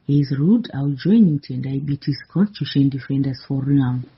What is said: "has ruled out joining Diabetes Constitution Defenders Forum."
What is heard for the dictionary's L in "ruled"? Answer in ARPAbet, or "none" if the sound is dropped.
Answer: none